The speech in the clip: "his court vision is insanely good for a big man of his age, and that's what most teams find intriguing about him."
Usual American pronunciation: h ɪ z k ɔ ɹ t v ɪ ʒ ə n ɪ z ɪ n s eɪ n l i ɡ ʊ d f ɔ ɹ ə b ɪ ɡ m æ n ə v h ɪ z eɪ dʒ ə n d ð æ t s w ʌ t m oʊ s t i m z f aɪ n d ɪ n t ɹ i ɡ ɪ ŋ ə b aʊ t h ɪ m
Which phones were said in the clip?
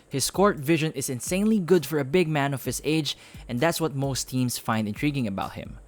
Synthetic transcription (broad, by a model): h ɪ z k ɔ ɹ t v ɪ ʒ ə n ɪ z ɪ n s eɪ n l i ɡ ʊ d f ɔ ɹ ə b ɪ ɡ m æ n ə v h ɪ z eɪ dʒ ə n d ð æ t s w ʌ t m oʊ s t i m s f aɪ n d ɪ n t ɹ i ɡ ɪ ŋ ə b aʊ t h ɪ m